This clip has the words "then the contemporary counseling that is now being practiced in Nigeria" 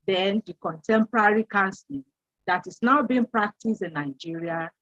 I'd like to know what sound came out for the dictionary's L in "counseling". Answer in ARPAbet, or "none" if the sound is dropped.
none